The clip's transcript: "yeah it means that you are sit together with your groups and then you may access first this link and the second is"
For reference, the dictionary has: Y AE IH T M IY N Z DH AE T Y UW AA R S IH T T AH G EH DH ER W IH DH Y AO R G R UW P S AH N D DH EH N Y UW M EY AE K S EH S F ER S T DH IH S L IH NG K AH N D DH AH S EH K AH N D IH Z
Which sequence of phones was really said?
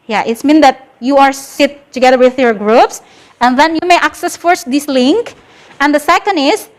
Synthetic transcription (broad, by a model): Y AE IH T M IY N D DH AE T Y UW AA R S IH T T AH G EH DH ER W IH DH Y AO R G R UW P S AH N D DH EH N Y UW M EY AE K S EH S F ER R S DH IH S L IH NG K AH N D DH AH S EH K AH N D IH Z